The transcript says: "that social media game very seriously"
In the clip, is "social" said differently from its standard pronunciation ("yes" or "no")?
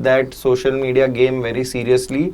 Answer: no